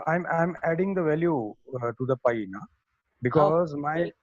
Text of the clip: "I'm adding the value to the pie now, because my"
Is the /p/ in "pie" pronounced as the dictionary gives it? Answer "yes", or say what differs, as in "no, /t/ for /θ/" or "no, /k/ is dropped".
yes